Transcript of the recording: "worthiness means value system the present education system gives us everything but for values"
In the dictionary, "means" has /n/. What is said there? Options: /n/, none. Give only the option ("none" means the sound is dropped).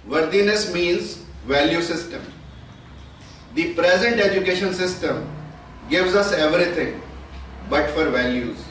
/n/